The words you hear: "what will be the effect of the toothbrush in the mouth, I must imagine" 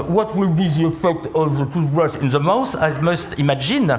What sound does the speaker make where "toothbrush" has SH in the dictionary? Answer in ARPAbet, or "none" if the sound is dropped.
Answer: S